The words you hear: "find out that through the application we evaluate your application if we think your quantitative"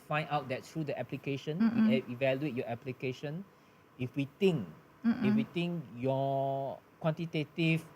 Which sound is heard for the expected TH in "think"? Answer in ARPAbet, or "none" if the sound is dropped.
T